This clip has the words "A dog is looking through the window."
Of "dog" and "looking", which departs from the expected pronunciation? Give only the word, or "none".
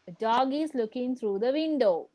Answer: none